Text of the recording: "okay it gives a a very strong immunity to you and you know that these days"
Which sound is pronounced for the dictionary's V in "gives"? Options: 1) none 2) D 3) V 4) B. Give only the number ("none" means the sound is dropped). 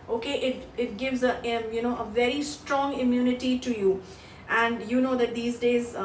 3